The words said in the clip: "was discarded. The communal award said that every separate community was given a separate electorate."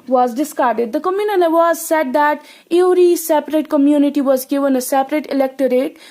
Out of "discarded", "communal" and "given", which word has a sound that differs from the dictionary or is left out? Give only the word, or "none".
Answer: communal